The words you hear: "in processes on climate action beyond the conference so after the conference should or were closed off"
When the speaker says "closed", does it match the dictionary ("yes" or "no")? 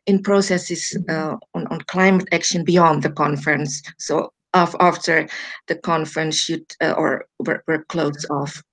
no